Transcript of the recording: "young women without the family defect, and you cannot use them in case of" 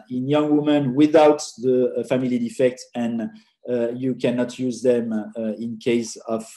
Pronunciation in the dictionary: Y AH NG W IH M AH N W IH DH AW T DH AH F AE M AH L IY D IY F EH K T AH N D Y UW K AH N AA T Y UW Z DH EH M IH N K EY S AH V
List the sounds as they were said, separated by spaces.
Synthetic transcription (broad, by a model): Y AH NG W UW M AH N W IH DH AW T DH AH F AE M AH L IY D IY F EH K T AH N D Y UW K AH N AA T Y UW Z DH EH M IH N K EY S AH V